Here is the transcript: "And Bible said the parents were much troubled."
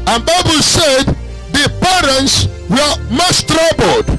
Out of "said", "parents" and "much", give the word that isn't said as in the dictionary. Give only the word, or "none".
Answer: much